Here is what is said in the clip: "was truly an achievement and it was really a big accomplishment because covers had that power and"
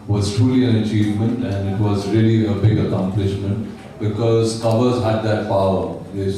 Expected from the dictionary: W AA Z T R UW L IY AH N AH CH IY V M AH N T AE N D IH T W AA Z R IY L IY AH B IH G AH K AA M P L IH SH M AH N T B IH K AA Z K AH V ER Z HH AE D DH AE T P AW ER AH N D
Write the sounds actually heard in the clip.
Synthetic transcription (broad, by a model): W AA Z T R UW L IY AH N AH CH IY V M AH N T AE N D IH T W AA Z R IY L IY AH B IH G AH K AA M P L IH SH M AH N T B IH K AA Z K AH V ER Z HH AE D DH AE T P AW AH